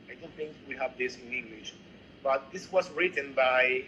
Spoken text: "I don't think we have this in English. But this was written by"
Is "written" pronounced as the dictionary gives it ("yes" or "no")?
yes